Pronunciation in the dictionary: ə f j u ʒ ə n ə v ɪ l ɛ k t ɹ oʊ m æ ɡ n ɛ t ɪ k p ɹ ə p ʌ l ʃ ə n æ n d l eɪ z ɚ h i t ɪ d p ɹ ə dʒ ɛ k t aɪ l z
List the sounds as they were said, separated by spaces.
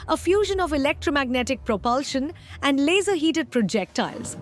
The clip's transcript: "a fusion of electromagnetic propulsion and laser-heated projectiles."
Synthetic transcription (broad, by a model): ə f j u ʒ ə n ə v ɪ l ɛ k t ɹ oʊ m æ ɡ n ɛ t ɪ k p ɹ ə p ʌ l ʃ ə n æ n d l eɪ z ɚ h i t ɪ d p ɹ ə dʒ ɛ k t aɪ l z